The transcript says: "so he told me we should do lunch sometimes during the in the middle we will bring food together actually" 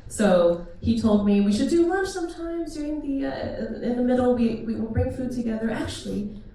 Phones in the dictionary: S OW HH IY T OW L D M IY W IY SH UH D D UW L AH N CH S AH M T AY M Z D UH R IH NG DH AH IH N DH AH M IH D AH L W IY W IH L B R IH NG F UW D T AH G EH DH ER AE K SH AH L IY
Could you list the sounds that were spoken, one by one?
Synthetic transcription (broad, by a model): S OW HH IY T OW L D M IY W IY SH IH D D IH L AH CH S AH M T AY M Z D UH R IH NG DH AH IH N DH AH M IH D L W IY W IH L B R IH NG F UW D T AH G EH DH ER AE K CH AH L IY